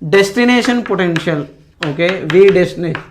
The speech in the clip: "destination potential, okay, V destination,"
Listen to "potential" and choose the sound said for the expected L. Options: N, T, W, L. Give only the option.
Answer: L